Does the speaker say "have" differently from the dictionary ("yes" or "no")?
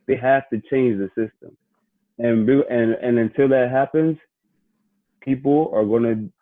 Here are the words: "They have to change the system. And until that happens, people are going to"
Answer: yes